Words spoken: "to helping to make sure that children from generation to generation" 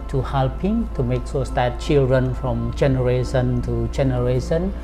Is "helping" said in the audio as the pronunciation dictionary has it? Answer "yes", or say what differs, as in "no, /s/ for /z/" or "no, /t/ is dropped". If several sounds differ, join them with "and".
yes